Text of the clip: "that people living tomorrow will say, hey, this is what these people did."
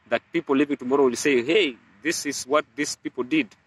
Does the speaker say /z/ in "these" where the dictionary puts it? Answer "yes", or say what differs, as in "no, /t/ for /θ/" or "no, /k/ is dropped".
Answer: no, /s/ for /z/